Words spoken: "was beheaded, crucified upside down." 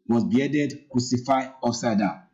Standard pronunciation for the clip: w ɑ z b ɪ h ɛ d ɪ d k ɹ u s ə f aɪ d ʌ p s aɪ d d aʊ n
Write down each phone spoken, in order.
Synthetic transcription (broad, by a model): w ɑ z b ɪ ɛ d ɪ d k ɹ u s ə f aɪ ɔ s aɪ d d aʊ